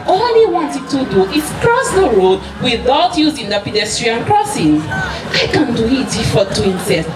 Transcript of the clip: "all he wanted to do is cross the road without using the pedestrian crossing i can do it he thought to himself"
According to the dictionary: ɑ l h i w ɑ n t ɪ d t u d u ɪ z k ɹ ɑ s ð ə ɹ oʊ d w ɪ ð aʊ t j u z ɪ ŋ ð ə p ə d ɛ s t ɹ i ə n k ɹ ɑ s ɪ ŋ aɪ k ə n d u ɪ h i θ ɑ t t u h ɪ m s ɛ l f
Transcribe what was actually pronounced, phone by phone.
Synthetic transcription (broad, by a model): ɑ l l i w ɑ n t ɪ d t u d u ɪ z k ɹ ɑ s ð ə ɹ oʊ d w ɪ ð aʊ t j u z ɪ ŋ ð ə p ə d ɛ s t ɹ i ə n k ɹ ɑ s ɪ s aɪ k ə n d u ɪ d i f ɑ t t u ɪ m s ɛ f